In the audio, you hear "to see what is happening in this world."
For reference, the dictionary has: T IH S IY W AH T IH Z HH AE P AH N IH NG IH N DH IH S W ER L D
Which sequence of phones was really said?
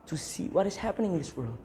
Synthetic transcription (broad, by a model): T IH S IY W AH T IH Z HH AE P AH N IH NG IH N DH IH S W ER L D